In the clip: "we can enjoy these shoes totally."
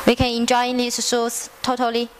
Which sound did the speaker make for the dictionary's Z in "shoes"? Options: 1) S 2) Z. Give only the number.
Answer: 1